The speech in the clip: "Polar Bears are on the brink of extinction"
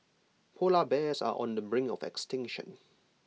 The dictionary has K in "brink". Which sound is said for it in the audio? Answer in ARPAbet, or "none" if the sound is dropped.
none